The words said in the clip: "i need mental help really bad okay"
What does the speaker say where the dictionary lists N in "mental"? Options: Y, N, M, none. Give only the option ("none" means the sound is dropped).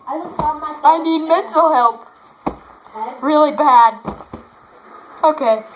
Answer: none